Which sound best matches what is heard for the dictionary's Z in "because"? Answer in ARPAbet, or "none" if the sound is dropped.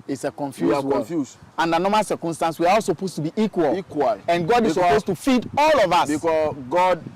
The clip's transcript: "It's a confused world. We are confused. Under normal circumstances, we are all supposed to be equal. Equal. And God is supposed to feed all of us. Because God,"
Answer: none